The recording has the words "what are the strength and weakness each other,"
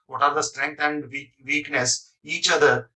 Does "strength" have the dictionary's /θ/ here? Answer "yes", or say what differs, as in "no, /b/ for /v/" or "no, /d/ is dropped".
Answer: no, /t/ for /θ/